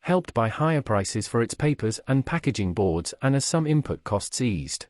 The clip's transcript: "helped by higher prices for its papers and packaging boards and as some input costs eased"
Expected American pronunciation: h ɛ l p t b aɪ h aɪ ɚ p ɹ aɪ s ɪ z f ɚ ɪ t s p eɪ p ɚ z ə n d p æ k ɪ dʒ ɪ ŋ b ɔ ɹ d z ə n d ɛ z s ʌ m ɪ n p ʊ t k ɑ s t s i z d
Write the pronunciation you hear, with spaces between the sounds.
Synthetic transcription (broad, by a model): h ɛ l p t b aɪ h aɪ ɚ p ɹ aɪ s ɪ z f ɚ ɪ t s p eɪ p ɚ z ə n p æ k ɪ dʒ ɪ ŋ b ɔ ɹ d z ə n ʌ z s ʌ m ɪ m p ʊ t k ɑ s t s i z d